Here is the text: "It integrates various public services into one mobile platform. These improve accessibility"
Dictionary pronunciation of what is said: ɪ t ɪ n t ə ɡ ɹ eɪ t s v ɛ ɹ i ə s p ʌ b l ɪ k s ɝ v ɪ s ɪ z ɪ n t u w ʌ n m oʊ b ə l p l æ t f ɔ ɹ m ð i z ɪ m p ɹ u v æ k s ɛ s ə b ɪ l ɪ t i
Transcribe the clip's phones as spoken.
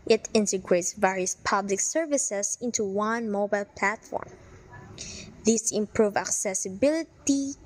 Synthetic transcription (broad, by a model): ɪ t ɪ n t ə ɡ ɹ eɪ t s v ɛ ɹ i ə s p ʌ b l ɪ k s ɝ v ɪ s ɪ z ɪ n t u w ʌ n m oʊ b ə l p l æ t f ɔ ɹ m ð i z ɪ m p ɹ u v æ k s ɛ s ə b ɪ l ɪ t i